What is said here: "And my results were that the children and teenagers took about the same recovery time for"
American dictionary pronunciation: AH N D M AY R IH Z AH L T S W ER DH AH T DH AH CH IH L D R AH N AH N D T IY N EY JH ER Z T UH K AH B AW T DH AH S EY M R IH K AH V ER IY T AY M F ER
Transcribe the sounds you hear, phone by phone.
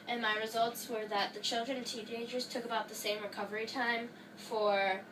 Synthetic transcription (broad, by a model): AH N M AY R IH Z AH L T S W ER DH AH T DH AH CH IH L D R AH N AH N T IY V EY JH ER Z T UH K AH B AW T DH AH S EY M R IH K AH V ER IY T AY M F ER